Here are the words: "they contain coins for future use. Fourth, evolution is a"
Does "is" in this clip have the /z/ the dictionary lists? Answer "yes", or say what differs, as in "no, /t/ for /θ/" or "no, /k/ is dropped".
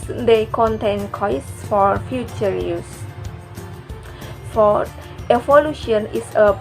no, /s/ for /z/